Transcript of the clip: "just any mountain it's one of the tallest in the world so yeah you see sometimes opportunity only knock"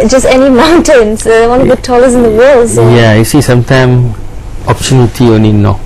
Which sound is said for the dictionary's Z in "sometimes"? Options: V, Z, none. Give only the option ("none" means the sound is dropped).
none